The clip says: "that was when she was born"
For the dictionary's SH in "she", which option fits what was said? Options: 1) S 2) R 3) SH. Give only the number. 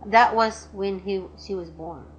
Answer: 3